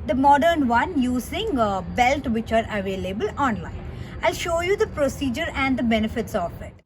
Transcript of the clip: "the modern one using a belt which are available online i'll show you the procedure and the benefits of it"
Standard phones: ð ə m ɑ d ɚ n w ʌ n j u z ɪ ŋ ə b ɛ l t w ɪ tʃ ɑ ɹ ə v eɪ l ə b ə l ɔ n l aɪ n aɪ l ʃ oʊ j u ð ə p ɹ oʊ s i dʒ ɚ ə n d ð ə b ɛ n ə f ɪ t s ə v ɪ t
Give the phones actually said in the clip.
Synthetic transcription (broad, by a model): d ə m ɑ d ɚ n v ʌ n j u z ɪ ŋ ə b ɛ l t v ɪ tʃ ɑ ɹ ə v eɪ l ə b ə l ɔ n l aɪ n aɪ l ʃ oʊ j u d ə p ɹ oʊ s i dʒ ɚ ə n d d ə b ɛ n ə f ɪ t s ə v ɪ t